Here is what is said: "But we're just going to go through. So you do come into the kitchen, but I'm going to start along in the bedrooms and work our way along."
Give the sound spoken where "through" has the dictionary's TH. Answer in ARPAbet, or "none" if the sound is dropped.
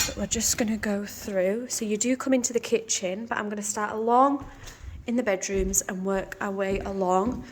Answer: TH